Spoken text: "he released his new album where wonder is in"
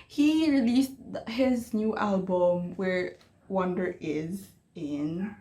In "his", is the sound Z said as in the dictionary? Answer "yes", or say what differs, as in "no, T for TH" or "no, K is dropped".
yes